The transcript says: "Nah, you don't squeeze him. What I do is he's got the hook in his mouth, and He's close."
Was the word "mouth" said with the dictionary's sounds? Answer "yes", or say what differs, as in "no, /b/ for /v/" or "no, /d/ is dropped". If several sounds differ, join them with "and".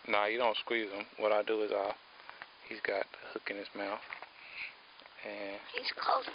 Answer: yes